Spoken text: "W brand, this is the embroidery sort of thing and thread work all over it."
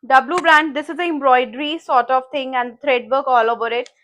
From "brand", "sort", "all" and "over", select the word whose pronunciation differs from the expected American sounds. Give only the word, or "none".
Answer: none